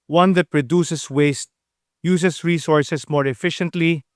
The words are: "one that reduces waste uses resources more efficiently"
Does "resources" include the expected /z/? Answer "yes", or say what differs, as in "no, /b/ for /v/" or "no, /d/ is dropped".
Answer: no, /s/ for /z/